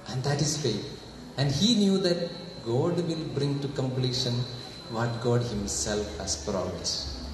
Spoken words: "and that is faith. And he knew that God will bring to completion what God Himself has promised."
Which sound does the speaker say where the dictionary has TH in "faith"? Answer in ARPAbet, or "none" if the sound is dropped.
T